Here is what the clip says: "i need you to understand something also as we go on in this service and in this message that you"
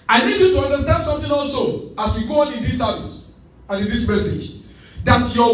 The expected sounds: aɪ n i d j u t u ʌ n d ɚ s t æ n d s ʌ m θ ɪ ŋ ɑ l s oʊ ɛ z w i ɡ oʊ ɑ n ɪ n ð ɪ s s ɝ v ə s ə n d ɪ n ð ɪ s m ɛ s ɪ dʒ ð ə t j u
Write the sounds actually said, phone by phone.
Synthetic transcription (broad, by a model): aɪ n i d j u t u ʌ n d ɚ s t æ n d s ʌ m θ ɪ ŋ ɑ l s oʊ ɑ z w i ɡ oʊ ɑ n ɪ n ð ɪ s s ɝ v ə s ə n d ɪ n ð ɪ s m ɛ s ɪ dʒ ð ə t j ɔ